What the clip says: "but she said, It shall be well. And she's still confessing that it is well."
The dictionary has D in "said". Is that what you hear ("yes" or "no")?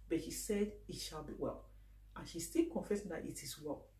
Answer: yes